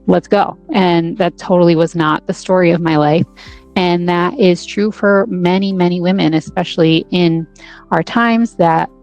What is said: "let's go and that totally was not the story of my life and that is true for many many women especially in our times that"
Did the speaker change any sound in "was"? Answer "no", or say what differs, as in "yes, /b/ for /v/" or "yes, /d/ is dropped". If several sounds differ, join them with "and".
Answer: no